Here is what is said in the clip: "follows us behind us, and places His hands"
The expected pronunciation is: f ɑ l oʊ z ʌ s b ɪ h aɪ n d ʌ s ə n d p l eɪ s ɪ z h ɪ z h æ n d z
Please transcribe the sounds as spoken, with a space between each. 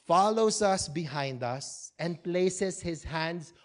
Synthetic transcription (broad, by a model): f ɑ l oʊ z ʌ s b ɪ h aɪ n d ʌ s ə n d p l eɪ s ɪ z h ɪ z h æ n d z